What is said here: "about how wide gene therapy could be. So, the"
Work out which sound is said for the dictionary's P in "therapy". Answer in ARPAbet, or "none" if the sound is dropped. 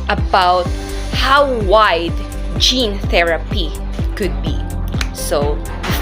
P